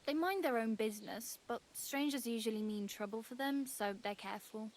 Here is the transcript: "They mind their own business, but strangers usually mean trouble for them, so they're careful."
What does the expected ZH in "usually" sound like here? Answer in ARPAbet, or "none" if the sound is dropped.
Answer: ZH